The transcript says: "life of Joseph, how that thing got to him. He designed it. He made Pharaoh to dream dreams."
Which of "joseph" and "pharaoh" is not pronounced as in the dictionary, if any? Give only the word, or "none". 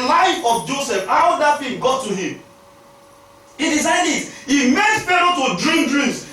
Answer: pharaoh